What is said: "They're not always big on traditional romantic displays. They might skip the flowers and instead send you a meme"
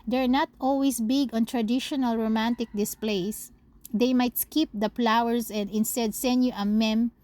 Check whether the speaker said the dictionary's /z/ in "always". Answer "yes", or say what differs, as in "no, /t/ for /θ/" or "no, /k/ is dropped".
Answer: no, /s/ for /z/